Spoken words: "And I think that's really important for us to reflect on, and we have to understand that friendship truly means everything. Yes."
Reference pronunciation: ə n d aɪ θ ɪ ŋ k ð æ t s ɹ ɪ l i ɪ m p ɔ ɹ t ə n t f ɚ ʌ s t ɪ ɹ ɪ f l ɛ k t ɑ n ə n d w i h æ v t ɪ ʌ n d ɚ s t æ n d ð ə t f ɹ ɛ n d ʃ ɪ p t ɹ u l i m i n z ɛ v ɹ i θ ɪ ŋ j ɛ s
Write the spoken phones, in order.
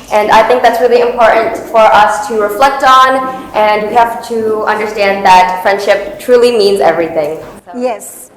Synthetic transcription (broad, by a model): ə n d aɪ θ ɪ ŋ k ð æ t s ɹ ɪ l i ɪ m p ɔ ɹ t n t f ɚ ʌ s t ɪ ɹ ɪ f l ɛ k t n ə n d w i h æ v t ɪ ʌ n d ɚ s t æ n ð ə t f ɹ ɛ n d ʃ ɪ p t ɹ u l i m i n z ɛ v ɹ i θ ɪ ŋ j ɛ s